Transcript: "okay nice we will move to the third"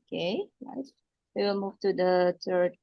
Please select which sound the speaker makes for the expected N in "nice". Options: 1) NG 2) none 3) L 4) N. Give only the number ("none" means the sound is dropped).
3